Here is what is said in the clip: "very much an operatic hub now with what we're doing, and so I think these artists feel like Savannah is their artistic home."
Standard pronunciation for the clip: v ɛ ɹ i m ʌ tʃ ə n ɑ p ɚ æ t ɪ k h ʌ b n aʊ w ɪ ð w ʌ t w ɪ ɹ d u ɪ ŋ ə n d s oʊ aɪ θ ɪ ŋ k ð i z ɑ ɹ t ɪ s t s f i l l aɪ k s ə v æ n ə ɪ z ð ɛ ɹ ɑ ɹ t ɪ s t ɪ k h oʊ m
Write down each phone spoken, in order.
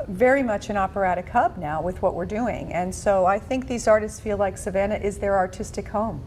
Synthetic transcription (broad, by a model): v ɛ ɹ i m ʌ tʃ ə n ɑ p ɚ æ t ɪ k h ʌ b n aʊ w ɪ ð w ʌ t w ɪ ɹ d u ɪ ŋ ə n s oʊ aɪ θ ɪ ŋ k ð i z ɑ ɹ t ɪ s t s f i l l aɪ k s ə v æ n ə ɪ z ð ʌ ɹ ɑ ɹ t ɪ s t ɪ k h oʊ m